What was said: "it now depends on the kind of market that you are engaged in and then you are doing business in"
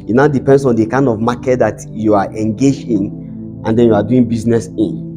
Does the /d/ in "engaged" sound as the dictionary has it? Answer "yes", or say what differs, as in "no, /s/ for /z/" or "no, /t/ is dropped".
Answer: no, /d/ is dropped